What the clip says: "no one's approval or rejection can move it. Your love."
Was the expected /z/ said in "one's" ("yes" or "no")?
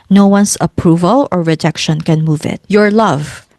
no